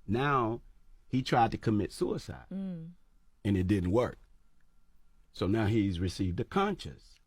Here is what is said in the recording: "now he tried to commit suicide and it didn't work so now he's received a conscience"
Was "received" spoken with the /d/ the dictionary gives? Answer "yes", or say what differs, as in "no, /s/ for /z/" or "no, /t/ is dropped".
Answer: yes